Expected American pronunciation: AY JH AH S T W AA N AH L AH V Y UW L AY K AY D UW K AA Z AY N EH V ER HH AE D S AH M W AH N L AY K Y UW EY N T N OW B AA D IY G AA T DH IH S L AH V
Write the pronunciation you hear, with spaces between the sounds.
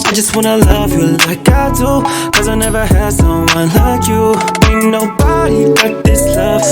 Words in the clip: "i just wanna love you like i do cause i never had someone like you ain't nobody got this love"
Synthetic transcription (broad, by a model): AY JH AH S T W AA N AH L AH V Y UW L AY K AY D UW K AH Z AY N EH V ER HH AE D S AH W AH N L AY K Y UW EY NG N OW B AA D IY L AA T DH IH S L AH V